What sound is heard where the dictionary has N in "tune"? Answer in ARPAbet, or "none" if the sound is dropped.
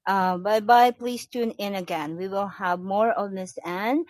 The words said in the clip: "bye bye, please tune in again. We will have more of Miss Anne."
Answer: N